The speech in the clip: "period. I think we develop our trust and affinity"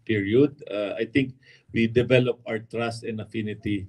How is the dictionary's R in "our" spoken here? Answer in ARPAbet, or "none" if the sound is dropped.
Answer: W